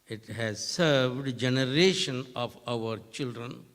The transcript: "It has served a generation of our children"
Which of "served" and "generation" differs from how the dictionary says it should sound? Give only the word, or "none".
none